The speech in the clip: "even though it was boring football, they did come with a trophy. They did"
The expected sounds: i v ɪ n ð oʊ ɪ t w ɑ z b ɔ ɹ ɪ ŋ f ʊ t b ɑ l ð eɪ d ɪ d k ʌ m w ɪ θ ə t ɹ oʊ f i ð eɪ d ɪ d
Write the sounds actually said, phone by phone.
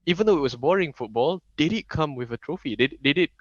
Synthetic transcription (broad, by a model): i v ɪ n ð oʊ ɪ t w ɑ s b ɔ ɹ ɪ ŋ f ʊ t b ɑ l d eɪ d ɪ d k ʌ m w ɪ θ ə t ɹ oʊ f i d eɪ d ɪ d